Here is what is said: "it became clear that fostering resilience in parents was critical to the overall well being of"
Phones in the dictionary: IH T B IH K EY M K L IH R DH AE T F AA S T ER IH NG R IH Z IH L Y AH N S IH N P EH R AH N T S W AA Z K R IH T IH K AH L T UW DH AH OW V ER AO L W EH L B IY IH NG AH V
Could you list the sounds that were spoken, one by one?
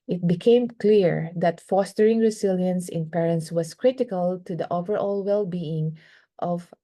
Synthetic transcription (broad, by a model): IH T B IH K EY M K L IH R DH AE T F AA S T ER IH NG R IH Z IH L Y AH N S IH N P EH R AH N T S W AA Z K R IH T IH K AH L T UW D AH OW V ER AO L W EH L B IY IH NG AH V